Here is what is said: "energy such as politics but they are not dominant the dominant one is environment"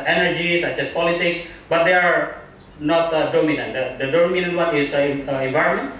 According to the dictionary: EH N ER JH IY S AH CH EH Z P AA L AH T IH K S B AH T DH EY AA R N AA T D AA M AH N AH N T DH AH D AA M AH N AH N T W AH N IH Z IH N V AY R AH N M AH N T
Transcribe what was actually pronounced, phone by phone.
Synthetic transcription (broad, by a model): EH N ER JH IY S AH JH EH S P AA L AH T IH K S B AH T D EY AA R N AA T D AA M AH N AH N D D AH D AA M AH N AH N T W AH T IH S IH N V AY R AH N M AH N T